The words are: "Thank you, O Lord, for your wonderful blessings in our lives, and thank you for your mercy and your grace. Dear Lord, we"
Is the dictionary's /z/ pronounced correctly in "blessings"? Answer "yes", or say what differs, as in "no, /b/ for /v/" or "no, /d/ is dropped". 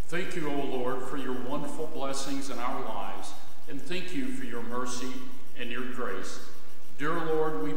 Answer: yes